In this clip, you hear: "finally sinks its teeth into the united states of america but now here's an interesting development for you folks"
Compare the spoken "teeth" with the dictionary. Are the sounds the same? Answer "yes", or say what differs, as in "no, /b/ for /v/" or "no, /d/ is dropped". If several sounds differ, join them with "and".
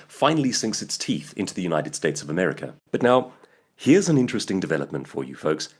yes